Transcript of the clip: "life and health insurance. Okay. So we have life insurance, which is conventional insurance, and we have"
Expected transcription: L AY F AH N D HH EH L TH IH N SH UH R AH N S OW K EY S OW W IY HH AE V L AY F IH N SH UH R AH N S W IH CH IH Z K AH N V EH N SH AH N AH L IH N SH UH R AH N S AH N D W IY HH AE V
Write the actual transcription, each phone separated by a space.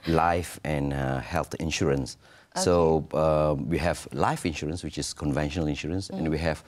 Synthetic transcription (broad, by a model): L AY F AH N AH HH EH L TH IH N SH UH R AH N S OW AH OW W IY HH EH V L AY F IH N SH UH R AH N S W IH CH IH S K AH N V EH N SH AH N AH L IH N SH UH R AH N S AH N W IY HH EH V